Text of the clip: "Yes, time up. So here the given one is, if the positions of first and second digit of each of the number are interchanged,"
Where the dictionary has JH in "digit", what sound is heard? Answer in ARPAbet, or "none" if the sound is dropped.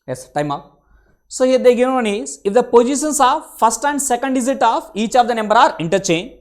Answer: Z